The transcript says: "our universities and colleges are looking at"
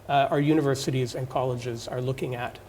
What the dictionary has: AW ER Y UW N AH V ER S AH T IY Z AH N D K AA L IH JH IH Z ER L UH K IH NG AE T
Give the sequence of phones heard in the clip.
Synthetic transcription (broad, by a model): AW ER Y UW N AH V ER S AH T IY Z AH N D K AA L IH JH IH Z ER L UH K IH NG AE T